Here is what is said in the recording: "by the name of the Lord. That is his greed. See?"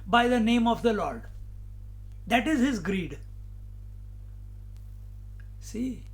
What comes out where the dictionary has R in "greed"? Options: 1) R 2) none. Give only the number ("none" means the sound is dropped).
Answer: 1